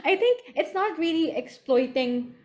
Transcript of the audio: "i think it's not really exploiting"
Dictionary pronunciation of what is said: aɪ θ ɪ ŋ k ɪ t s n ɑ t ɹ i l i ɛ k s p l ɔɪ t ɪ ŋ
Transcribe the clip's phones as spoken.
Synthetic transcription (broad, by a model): aɪ t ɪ ŋ k ɪ t s n ɑ t ɹ i l i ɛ k s p l ɔɪ t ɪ ŋ